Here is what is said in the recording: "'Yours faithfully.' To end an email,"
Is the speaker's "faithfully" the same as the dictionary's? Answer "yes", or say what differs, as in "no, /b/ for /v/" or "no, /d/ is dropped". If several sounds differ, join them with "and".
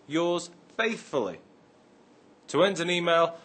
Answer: yes